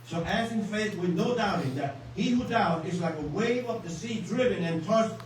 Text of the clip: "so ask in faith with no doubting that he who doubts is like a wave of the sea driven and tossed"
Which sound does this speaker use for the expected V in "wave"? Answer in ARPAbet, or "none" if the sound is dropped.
V